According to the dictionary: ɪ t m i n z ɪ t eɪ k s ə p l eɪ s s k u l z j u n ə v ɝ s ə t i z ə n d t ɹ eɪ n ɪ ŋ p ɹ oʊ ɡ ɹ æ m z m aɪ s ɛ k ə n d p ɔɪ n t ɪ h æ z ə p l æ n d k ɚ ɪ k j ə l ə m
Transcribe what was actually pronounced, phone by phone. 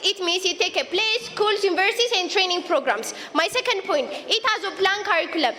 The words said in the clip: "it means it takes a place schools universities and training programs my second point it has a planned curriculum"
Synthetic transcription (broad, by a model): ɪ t m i n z ɪ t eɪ k ə p l eɪ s s k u l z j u n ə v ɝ s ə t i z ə n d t ɹ eɪ n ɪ ŋ p ɹ oʊ ɡ ɹ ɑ m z m aɪ s ɛ k ə n d p ɔɪ n t ɪ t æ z ə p l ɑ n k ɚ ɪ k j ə l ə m